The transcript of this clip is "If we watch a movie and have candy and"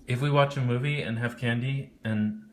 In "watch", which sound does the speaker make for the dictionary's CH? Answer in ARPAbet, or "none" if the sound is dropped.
CH